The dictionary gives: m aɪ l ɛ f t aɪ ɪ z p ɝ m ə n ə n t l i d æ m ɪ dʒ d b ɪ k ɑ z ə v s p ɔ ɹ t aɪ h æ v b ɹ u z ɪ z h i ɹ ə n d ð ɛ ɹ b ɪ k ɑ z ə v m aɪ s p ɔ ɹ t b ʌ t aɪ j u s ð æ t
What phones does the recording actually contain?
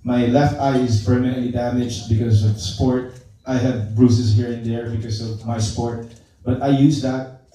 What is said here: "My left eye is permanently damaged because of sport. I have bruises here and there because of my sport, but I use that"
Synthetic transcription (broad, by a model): m aɪ l ɛ f t aɪ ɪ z p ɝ m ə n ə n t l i d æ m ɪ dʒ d b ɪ k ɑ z ə v s p ɔ ɹ t aɪ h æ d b ɹ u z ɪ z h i ɹ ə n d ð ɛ ɹ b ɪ k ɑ s ə v m aɪ s p ɔ ɹ t b ʌ t aɪ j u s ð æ t